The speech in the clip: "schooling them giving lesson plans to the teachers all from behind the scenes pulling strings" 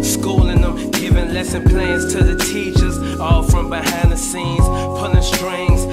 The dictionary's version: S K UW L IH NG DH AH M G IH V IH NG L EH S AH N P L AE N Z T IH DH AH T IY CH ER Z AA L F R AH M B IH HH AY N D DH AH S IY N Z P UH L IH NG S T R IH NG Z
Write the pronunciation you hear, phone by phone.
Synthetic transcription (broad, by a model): S K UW L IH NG DH AH M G IH V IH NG L EH S AH N P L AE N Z T IH DH AH T IY CH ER Z AA L F R AH M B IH HH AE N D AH S IY N Z P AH N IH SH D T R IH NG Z